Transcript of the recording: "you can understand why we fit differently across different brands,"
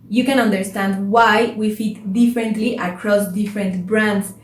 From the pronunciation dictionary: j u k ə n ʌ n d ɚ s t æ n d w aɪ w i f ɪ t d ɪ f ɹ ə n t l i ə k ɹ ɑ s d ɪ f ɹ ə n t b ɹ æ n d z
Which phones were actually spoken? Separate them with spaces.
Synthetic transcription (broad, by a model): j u k ə n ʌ n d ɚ s t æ n d w aɪ w i f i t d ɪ f ɹ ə n t l i ə k ɹ ɑ s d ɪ f ɹ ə n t b ɹ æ n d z